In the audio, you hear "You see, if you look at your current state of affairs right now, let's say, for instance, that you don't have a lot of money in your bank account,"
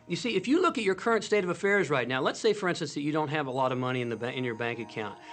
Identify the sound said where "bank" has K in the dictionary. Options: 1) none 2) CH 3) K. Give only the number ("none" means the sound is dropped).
3